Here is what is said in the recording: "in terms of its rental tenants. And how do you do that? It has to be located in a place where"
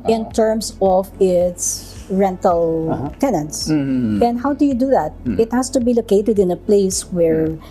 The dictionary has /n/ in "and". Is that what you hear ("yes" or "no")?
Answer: yes